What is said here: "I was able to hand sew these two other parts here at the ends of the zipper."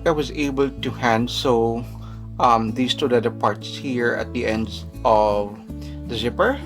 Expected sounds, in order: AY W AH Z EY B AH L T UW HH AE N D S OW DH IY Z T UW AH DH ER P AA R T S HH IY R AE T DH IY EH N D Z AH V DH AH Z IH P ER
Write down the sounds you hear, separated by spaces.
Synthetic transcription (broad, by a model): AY W AH Z EY B AH L T UW HH AE N D S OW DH IY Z T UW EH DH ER P AA R T S HH IY R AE T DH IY EH N D AH V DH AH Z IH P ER